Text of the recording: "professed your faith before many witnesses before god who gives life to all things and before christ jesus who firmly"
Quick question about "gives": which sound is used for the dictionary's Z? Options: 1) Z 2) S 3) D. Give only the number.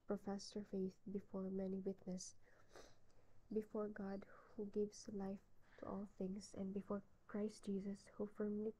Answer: 2